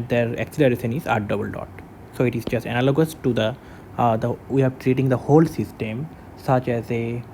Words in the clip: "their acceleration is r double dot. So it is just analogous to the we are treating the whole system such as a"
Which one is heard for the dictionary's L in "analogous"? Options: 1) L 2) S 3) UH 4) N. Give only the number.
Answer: 1